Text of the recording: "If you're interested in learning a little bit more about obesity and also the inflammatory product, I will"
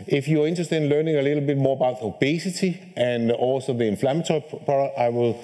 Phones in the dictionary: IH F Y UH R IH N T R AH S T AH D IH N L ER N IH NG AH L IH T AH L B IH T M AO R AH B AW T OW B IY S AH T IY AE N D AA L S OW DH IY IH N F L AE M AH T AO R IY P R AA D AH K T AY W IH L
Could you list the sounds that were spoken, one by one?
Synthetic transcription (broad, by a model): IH F Y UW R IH N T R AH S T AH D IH N L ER N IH NG AH L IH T L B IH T M AO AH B AW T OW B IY S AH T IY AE N AA L S OW DH IY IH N F L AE M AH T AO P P AA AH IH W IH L